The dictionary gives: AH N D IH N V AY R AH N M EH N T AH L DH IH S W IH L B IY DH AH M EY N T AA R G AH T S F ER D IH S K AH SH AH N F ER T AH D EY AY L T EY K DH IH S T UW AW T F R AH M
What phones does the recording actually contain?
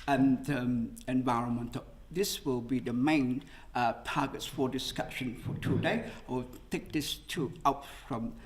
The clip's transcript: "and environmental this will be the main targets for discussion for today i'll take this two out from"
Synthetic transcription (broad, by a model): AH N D IH N V AY R AH N M EH N T AH L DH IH S W IH L B IY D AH M EY N T AA G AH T S F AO D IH S K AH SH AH N F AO T AH D EY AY W T EY K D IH S T UW AW T F R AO M